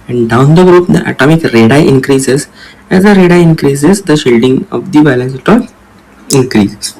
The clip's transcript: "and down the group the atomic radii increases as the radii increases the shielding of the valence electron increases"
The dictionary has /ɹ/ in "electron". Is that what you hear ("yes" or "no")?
no